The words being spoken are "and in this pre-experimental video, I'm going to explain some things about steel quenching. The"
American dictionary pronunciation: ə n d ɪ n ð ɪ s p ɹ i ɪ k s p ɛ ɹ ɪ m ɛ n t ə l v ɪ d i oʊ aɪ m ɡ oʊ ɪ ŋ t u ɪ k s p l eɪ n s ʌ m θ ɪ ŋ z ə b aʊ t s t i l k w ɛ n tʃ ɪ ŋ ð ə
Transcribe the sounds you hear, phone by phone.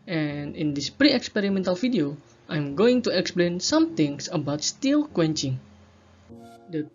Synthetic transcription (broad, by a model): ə n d ɪ n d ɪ s p ɹ i ɪ k s p ɛ ɹ ɪ m ɛ n t ə l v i d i oʊ aɪ m ɡ oʊ ɪ ŋ t u ɪ k s p l eɪ n s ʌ m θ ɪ ŋ s ə b aʊ t s t i l k w ɛ n tʃ ɪ ŋ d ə